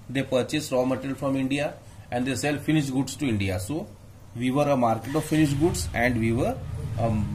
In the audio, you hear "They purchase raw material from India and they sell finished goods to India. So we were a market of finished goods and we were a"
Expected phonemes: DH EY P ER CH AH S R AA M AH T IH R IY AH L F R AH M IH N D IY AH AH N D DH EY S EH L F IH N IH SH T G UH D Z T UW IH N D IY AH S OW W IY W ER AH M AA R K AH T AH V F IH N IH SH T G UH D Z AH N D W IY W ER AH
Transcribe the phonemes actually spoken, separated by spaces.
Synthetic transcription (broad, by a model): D EY P ER CH AH S R AA M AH T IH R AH L F R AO M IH N D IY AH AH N D EY S EH L F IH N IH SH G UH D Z T UW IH N D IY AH S OW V IY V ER AH M AA R K AH T AH V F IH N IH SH G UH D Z AH N D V IY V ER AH